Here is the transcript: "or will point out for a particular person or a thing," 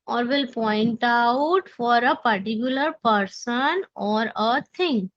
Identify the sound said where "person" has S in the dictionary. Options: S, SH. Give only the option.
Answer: S